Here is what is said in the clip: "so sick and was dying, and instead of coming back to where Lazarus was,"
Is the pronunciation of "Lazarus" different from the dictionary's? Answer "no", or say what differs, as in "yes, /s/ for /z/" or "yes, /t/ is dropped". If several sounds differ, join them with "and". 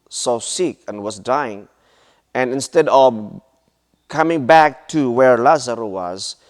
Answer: yes, /s/ is dropped